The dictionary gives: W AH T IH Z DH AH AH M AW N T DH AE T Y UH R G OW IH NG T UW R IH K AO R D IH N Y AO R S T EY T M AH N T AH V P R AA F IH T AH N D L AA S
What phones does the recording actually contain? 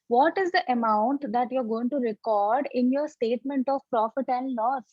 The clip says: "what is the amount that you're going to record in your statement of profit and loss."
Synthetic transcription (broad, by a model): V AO T IH Z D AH AH M AW N T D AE T Y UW R G OW IH NG T UW R IH K AO R D IH N Y AO R S T EY T M AH N T AH V P R AA F IH T AH N D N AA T